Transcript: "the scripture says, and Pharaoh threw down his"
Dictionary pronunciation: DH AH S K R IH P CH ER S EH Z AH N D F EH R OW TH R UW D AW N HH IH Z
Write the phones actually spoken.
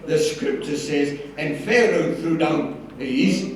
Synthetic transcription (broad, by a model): DH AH S K R IH P CH ER S EH Z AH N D F EH R OW TH R UW D AW N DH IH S